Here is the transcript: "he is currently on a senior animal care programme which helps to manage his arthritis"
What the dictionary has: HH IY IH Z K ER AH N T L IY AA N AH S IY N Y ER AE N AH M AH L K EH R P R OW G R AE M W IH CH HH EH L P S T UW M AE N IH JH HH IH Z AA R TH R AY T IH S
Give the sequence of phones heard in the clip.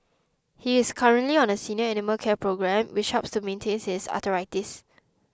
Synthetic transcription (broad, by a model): HH IY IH S K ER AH N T L IY AA N AH S IY N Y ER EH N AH M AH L K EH P R OW G R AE M W IH CH HH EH P S T UW M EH N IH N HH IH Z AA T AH R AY T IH S